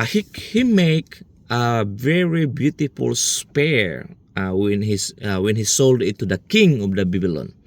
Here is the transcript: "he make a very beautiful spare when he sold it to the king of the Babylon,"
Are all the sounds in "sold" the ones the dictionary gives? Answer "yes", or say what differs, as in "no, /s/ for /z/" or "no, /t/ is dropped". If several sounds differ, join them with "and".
yes